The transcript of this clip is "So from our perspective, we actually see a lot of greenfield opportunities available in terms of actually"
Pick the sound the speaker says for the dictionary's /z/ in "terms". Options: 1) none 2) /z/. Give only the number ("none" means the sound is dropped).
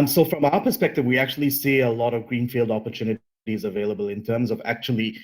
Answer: 2